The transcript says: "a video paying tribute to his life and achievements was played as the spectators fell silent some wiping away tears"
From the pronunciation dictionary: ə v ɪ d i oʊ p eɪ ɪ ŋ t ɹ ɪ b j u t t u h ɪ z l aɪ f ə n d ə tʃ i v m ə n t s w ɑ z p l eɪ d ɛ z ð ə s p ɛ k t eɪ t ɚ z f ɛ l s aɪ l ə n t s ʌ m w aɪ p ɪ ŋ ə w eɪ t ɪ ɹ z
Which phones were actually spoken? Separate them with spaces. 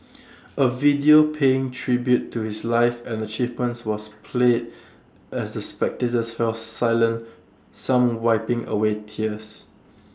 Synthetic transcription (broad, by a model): ə v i d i oʊ p eɪ ɪ ŋ t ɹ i b j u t t u h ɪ s l aɪ f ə n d ə tʃ i v m ə n t s w ɑ s p l eɪ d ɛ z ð ə s p ɛ k t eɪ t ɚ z f ɛ l s aɪ l ə n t s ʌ m w aɪ p ɪ ŋ ə w eɪ t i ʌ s